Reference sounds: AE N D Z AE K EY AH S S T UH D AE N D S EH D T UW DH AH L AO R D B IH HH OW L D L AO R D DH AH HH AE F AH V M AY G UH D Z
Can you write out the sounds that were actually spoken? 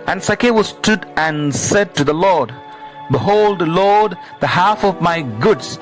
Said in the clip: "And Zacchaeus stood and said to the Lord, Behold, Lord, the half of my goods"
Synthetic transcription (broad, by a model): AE N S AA K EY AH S S T UH D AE N S EH D T UW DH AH L AO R D B IH HH OW L D L AO R D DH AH HH AE F AH V M AY G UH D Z